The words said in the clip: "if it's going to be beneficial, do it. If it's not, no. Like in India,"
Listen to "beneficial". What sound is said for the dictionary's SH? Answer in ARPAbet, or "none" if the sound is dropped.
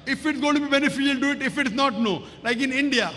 none